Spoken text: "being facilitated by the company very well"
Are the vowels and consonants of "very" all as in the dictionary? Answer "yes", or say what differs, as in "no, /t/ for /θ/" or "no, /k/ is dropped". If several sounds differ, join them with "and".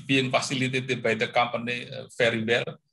no, /f/ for /v/